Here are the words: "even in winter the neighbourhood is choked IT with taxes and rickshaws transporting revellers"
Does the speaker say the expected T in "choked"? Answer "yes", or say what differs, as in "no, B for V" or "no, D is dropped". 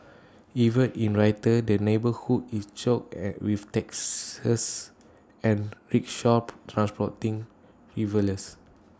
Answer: no, T is dropped